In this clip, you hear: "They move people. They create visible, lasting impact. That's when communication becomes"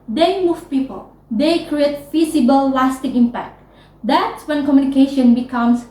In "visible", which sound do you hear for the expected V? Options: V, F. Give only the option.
F